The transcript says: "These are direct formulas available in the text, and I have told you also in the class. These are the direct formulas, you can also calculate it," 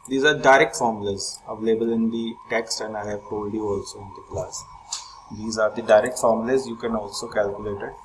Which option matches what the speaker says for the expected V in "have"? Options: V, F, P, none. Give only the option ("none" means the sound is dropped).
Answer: P